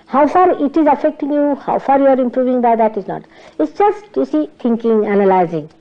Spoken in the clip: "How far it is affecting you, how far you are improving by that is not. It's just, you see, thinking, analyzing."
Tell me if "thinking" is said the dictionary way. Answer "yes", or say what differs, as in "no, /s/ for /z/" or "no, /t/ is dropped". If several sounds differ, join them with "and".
no, /t/ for /θ/